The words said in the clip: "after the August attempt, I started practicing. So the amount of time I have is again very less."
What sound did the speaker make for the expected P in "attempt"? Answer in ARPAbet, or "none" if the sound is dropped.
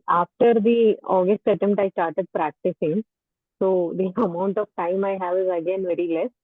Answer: none